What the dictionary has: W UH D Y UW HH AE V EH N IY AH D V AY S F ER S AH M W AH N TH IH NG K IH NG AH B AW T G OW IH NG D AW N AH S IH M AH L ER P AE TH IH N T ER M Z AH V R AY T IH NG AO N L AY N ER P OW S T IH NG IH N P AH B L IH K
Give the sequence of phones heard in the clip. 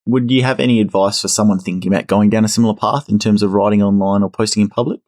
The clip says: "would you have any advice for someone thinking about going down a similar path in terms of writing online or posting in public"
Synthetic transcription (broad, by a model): W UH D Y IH V EH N IY AH D V AY S F ER S AH M W AH N TH IH NG K IH NG AH B AW T G OW IH NG D AW N AH S IH M L ER P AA TH IH N T ER M Z AH V R AY T IH NG AO N L AY N ER P OW S T IH NG IH N P AH B L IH K